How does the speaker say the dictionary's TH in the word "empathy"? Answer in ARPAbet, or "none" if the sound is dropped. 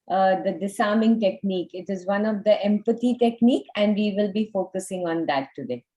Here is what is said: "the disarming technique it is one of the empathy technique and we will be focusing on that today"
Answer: T